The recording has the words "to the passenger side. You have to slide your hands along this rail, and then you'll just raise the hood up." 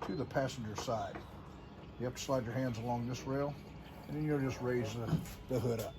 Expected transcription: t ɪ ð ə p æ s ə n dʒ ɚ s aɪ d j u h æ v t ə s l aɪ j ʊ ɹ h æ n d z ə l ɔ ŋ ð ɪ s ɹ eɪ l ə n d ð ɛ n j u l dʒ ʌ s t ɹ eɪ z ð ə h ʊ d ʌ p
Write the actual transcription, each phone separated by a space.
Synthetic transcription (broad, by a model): t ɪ ð ə p æ s n dʒ ɚ s aɪ d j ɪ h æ p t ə s l aɪ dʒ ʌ ɹ h æ n d z ə l ɔ ŋ ð ɪ s ɹ eɪ l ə n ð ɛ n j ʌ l dʒ ʌ s t ɹ eɪ z ð ə h ʊ d ʌ p